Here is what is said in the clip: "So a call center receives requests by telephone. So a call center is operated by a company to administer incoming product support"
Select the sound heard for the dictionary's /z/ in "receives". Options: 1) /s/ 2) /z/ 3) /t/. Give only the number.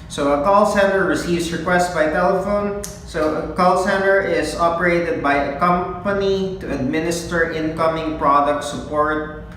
1